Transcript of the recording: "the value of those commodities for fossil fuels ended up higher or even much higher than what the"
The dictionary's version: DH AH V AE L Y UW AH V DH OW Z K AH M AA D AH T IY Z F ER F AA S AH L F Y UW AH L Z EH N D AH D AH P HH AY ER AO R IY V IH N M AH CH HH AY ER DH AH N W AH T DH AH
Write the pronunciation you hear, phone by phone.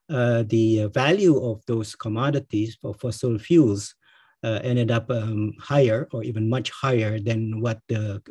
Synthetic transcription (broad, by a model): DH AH V AE L Y UW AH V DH OW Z K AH M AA D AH T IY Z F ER F AA S AH L F Y UW L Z EH N D AH D AH P HH AY ER AO R IY V IH N M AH CH HH AY ER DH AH N W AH T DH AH